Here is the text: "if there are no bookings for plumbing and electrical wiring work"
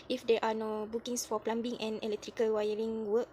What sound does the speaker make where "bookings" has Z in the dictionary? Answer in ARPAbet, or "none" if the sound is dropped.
S